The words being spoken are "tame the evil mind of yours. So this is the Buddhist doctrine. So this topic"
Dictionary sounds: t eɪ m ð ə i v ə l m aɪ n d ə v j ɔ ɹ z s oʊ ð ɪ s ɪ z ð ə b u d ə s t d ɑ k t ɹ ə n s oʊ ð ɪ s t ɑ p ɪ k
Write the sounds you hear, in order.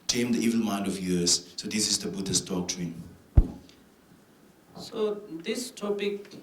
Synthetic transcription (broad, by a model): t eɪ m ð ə i v ə l m aɪ n d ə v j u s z s oʊ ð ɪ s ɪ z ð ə b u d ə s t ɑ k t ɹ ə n s oʊ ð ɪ s t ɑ p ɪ k